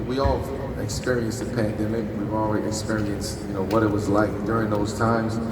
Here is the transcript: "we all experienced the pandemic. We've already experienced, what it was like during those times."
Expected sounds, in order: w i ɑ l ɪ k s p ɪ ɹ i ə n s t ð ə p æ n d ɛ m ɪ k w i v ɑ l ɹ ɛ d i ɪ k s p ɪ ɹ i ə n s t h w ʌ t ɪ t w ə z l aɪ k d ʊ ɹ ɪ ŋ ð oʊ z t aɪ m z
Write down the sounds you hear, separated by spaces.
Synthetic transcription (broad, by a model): w i ɑ l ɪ k s p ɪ ɹ i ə n s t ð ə p æ n d ɛ m ɪ k w i v ɑ l w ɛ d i ɪ k s p ɪ ɹ i ə n s t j w ʌ t ɪ t w ə z l aɪ k d ʊ ɹ ɪ ŋ ð oʊ z t aɪ m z